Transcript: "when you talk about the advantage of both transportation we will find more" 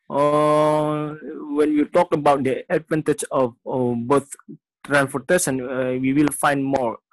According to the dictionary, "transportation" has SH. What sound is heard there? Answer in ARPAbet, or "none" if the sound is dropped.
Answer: S